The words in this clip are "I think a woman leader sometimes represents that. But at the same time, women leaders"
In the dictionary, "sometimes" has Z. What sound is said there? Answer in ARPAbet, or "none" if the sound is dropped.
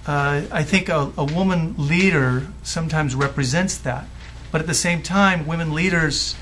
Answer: Z